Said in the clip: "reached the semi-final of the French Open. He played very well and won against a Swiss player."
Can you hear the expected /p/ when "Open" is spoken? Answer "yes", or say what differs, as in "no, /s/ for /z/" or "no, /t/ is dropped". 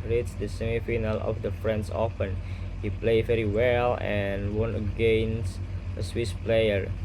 no, /f/ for /p/